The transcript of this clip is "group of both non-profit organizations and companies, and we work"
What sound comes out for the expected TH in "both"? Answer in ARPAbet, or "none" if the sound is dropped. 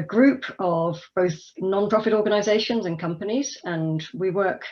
TH